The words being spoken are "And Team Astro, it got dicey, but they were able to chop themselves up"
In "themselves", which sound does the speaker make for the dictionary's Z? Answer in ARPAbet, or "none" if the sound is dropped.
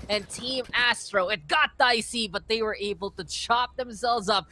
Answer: Z